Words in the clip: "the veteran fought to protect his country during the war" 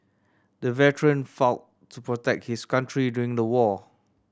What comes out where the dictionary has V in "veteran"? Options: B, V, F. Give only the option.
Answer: V